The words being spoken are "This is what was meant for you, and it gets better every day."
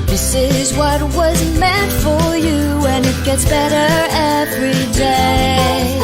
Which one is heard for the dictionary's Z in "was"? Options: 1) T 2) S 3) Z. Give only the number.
3